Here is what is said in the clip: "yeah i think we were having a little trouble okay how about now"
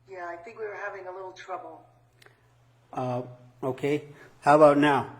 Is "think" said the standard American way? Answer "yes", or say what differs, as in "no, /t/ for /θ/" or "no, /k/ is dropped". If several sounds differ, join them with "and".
yes